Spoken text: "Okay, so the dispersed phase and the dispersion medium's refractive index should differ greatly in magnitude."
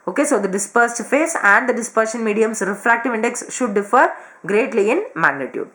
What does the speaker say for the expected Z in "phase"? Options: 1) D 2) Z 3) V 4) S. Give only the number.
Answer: 4